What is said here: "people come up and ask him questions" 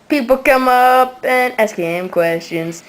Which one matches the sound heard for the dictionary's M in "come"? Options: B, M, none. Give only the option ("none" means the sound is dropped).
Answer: M